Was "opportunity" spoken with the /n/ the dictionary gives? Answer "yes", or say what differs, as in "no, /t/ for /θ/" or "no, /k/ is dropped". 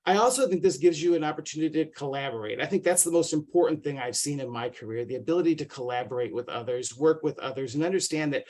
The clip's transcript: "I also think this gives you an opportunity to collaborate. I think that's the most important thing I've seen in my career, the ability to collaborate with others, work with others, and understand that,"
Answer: yes